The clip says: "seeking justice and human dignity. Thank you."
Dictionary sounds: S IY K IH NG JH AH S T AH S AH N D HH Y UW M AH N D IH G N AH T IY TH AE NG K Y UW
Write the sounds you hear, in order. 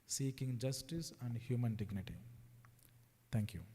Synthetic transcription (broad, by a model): S IY K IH NG JH AH S T AH S AH N D HH Y UW M AH N D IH G N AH T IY T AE NG K Y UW